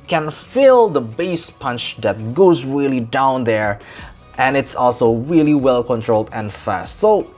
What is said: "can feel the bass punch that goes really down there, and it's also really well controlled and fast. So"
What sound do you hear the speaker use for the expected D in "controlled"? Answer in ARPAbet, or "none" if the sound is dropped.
D